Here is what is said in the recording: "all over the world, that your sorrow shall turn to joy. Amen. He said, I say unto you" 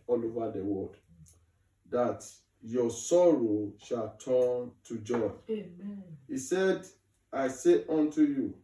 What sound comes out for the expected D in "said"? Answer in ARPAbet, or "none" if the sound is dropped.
D